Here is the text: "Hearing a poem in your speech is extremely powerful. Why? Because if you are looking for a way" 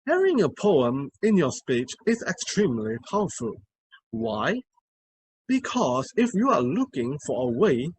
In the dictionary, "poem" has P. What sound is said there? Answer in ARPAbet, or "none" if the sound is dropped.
P